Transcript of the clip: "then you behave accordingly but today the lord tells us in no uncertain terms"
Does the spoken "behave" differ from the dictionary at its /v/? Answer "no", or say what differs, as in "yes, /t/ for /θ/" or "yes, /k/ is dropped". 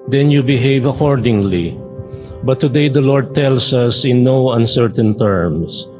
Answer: no